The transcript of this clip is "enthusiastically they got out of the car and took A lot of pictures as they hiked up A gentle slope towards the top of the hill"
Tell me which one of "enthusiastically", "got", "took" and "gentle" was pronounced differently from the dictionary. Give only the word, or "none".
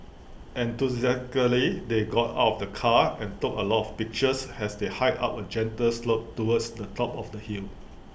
enthusiastically